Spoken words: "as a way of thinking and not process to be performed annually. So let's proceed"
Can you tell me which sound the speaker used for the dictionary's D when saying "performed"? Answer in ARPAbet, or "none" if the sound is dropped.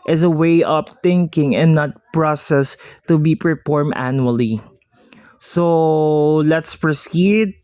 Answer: none